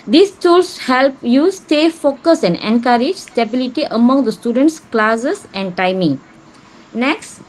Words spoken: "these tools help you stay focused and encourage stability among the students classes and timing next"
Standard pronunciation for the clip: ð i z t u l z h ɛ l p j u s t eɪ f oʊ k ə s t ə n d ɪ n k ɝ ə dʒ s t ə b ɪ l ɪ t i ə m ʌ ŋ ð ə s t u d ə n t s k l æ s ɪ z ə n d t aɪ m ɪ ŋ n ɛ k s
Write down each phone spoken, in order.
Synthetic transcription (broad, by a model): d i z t u l s h ɛ l p j u s t eɪ f oʊ k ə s ə n d ɪ n k ɝ ə dʒ s t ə b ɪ l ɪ t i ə m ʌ ŋ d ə s t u d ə n t s k l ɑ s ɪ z ə n d t aɪ m ɪ ŋ n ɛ k s